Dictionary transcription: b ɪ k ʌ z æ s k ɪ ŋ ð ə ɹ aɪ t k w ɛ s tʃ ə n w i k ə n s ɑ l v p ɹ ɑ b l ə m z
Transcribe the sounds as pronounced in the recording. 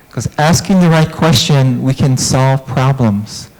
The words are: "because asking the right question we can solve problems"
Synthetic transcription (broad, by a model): k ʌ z æ s k ɪ ŋ ð ə ɹ aɪ t k w ɛ s tʃ ə n w i k ə n s ɑ l v p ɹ ɑ b l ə m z